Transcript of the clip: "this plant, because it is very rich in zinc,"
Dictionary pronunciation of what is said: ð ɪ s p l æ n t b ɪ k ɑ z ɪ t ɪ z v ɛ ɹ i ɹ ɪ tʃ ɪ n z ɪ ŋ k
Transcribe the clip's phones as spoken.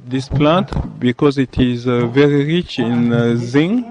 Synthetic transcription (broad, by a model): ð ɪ s p l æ n t b ɪ k ɑ z ɪ t ɪ z v ɛ ɹ i ɹ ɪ tʃ ɪ n z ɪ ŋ